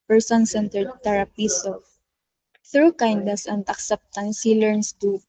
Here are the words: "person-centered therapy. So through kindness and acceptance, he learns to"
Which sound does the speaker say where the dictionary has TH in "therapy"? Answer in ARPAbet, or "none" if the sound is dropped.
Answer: T